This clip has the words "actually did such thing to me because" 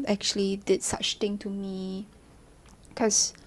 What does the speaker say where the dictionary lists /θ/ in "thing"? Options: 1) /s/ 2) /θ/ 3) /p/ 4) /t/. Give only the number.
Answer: 4